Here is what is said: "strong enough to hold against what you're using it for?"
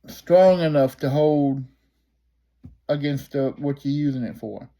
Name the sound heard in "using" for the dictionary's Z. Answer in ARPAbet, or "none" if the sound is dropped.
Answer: Z